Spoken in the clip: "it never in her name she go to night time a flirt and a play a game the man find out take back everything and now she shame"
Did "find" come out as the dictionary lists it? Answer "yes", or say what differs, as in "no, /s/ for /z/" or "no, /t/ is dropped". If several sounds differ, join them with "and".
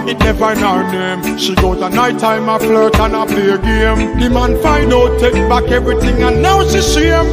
no, /d/ is dropped